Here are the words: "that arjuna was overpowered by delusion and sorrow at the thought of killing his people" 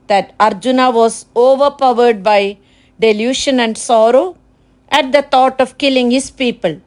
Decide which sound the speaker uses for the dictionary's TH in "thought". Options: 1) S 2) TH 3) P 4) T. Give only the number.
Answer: 4